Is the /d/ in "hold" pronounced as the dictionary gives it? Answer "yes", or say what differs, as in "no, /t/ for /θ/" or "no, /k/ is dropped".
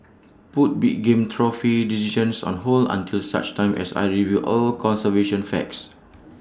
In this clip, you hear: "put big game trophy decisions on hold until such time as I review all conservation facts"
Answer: no, /d/ is dropped